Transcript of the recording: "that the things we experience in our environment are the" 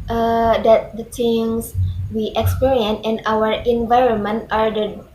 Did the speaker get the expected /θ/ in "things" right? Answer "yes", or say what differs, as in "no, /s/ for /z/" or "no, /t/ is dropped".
no, /t/ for /θ/